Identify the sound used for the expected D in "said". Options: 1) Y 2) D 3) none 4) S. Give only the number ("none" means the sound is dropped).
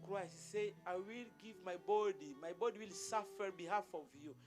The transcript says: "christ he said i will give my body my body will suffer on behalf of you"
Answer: 3